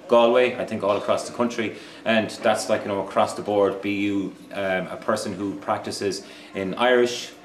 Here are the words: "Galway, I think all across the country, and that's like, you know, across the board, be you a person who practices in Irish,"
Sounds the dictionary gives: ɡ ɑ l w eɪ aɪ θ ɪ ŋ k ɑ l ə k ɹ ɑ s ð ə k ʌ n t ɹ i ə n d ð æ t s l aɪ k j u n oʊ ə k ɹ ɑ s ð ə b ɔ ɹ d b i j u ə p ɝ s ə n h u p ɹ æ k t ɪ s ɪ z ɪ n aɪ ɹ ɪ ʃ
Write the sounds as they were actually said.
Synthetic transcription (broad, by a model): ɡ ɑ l w eɪ aɪ θ ɪ ŋ k ɑ l ə k ɹ ɑ s ð ə k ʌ n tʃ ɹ i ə n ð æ t s l aɪ k j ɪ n oʊ ə k ɹ ɑ s ð ə b ɔ ɹ d b i j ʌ ə p ɝ s ə n h u p ɹ æ k t ɪ s ɪ z ɪ n aɪ ɹ ɪ ʃ